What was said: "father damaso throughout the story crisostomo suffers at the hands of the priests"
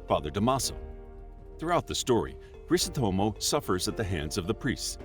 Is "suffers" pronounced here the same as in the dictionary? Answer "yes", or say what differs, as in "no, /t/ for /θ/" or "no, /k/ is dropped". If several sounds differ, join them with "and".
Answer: yes